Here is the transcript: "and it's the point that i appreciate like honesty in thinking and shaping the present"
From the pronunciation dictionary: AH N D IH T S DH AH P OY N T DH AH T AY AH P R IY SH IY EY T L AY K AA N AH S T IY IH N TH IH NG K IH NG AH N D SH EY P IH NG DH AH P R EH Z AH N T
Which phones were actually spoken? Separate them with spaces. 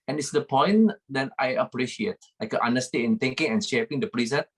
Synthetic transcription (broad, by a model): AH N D IH T S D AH P OY N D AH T AY AH P R IY SH IY EY T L AY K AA N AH S T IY IH N T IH NG K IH NG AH N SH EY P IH NG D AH P R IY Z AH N